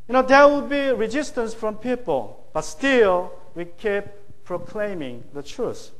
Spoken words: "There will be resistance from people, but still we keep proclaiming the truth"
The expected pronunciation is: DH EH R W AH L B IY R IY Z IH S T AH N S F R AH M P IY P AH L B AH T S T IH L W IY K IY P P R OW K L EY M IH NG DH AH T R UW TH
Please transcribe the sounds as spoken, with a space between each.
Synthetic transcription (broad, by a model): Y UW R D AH W B IY R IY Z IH S T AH N S F R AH M P IY P AH L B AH T S T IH L W IY K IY P P R OW K L EY M IH NG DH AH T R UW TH